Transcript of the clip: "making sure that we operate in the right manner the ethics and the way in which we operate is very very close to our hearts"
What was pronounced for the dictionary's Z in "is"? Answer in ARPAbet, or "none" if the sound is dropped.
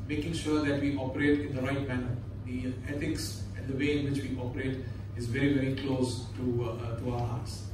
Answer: Z